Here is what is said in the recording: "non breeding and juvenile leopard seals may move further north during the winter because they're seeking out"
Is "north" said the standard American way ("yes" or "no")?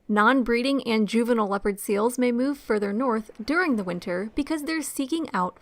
yes